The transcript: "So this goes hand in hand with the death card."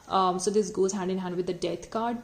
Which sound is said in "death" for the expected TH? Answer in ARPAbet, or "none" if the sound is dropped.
T